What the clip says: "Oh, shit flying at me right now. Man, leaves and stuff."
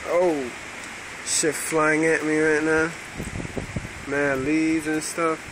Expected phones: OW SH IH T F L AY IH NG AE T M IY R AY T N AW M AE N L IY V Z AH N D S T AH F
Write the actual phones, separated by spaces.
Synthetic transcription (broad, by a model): OW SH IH F L AY IH NG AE T M IY R AY T N AW M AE L IY Z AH N S T AH F